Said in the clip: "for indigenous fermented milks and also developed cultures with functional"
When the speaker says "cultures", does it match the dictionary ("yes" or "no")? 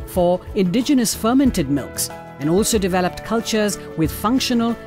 yes